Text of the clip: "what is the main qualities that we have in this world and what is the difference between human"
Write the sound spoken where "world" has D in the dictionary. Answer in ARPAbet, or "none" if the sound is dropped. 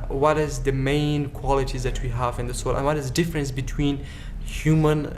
none